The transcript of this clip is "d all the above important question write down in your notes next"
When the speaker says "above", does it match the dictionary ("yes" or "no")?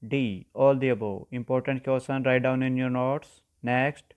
no